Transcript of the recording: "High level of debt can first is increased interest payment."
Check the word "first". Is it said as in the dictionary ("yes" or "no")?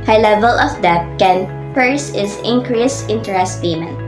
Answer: no